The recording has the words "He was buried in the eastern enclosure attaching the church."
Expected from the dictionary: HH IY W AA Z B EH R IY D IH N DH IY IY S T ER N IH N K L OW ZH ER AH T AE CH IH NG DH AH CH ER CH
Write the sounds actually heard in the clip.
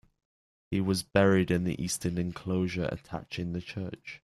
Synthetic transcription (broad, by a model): HH IY W AA Z B EH R IY D IH N DH IY IY S T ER N IH N K L OW ZH ER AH T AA CH IH NG DH AH CH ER CH